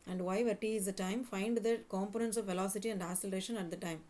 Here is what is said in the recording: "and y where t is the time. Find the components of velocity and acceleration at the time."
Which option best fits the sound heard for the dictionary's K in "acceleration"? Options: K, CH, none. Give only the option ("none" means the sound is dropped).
none